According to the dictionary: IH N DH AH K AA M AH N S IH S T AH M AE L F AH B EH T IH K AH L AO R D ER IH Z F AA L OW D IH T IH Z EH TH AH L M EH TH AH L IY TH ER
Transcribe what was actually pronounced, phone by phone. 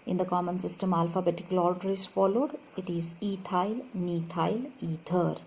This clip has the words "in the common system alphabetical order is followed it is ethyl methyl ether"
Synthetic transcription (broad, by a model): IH N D AH K AA M AH N S IH S T AH M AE L F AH B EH T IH K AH L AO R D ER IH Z F AA L OW D IH T IH Z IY T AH L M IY T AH L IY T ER